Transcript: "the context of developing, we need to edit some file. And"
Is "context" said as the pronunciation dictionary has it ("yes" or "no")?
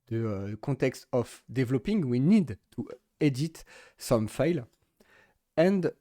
no